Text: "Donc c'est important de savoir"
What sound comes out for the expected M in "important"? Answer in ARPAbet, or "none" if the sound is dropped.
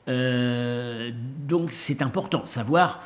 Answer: none